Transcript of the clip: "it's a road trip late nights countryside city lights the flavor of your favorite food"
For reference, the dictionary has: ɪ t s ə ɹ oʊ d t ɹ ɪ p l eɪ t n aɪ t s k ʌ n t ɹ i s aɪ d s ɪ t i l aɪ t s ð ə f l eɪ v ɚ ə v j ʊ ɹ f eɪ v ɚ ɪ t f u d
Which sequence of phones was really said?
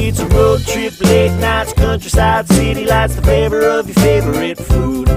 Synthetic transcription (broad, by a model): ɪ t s ə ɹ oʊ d t ɹ ɪ p l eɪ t n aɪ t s k ʌ n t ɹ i s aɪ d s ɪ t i l aɪ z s ð ə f eɪ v ɚ ə v j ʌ ɹ f eɪ v ɚ ɪ t f u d